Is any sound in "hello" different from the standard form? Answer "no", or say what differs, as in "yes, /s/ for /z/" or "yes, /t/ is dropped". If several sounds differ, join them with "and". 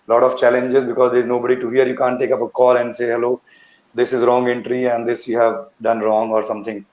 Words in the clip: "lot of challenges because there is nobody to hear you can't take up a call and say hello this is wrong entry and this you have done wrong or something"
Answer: no